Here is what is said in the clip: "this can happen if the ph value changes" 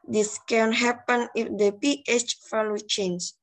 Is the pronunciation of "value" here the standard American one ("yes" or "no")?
no